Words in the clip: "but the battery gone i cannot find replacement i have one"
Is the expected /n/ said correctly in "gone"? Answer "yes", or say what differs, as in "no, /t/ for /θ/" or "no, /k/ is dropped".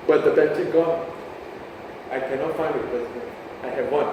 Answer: no, /n/ is dropped